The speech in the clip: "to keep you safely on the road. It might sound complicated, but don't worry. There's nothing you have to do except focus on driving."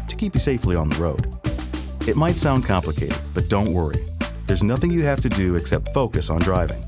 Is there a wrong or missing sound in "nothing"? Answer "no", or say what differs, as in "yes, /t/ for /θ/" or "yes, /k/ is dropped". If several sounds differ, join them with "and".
no